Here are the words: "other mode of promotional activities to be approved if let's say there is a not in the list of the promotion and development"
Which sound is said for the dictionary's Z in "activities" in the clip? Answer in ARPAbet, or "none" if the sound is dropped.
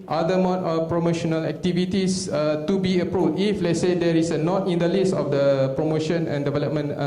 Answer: S